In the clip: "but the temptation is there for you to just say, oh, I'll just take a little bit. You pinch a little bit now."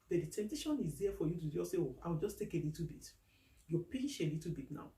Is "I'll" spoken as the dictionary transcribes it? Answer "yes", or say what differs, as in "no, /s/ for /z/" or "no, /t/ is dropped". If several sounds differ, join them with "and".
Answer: no, /w/ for /l/